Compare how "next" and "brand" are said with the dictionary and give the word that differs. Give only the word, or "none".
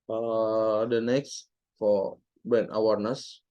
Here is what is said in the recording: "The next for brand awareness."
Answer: brand